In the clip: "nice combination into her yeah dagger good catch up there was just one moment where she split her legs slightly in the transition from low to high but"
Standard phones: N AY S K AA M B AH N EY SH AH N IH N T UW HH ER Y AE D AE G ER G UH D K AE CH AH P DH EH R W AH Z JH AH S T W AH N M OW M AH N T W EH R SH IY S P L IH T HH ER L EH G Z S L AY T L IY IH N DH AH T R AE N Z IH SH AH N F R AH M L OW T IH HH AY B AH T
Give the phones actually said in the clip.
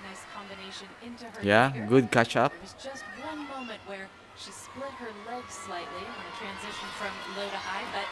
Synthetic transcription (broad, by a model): N AY S K AA M B AH N EY SH AH N IH N T UW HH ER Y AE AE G G UH D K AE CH AH P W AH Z JH AH S T W AH N M OW M AH N T W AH R SH IY S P L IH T HH ER L EH G Z S L AY T L IY IH N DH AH T R AE N Z IH SH AH N F R AH M L OW T IH HH AY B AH T